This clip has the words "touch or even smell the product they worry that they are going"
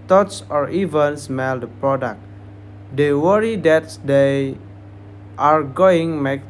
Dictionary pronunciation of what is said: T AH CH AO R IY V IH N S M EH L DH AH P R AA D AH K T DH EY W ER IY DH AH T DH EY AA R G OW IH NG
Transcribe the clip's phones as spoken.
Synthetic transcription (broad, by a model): T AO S AO R IY V IH N S M EH L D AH P R AA D AH K T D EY W ER IY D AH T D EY AA R G OW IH NG